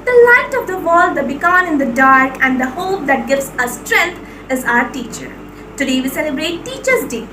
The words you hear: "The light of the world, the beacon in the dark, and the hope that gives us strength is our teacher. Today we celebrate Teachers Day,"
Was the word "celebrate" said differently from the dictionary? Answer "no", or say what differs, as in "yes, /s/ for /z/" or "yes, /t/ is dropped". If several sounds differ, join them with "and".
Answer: no